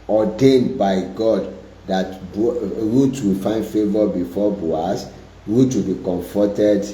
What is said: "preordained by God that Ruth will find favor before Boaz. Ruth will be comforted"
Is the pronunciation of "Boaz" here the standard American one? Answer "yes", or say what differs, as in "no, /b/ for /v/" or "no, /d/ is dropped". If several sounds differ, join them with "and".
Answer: no, /s/ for /z/